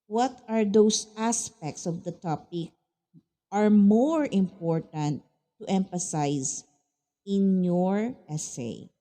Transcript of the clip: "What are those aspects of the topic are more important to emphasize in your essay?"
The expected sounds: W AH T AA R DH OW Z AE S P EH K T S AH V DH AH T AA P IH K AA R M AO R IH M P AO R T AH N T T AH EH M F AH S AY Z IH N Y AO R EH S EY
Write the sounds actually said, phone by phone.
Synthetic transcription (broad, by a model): W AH T AA R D OW S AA S P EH K T S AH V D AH T AA P IH K AA R M AO R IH M P AO R T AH N T T EH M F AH S AY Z IH N Y AO R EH S EY